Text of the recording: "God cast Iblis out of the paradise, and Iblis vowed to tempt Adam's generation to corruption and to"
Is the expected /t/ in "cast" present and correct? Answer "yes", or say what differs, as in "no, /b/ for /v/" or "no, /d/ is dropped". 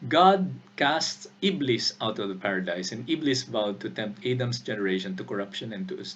yes